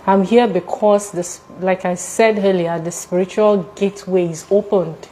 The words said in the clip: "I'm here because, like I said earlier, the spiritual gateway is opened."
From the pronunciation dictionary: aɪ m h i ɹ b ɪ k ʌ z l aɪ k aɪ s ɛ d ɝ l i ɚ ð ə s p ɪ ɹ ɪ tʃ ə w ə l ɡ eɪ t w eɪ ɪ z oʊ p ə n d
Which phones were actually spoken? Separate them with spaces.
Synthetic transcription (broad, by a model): aɪ m h i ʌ b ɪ k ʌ s l aɪ k aɪ s ɛ d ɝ l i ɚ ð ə s p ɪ ɹ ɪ tʃ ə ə l ɡ eɪ t w eɪ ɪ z oʊ p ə n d